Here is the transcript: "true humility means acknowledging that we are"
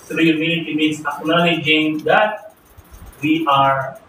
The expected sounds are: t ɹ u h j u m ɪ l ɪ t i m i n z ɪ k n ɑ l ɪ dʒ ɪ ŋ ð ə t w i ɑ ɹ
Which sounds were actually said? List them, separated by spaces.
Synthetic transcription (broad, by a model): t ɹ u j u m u n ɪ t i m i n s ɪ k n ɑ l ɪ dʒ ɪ ŋ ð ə t w i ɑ ɹ